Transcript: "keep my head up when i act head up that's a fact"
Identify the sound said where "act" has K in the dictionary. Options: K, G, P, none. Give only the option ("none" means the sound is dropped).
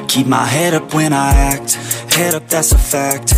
K